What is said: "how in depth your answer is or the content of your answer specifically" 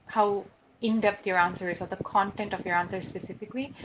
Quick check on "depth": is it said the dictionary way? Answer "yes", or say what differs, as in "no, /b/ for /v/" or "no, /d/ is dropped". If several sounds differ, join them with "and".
no, /t/ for /θ/